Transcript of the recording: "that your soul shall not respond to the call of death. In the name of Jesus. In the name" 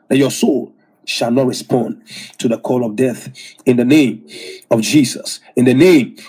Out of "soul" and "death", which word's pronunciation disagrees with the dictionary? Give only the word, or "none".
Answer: none